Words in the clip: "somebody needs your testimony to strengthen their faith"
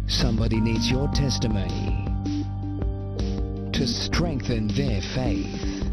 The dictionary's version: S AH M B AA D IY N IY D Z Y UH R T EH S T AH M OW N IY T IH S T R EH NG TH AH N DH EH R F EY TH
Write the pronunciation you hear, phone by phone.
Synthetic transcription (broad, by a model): S AH M B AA D IY N IY D Z Y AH R T EH S T AH M OW N IY T IH S T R EH NG TH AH N DH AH R F EY TH